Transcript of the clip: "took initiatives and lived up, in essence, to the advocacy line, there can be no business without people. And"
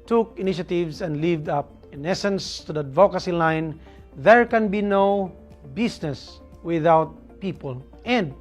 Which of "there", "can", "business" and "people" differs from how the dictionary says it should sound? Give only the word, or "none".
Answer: business